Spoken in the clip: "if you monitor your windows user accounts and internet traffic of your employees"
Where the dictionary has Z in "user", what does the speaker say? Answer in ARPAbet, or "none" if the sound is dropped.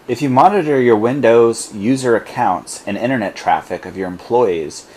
Z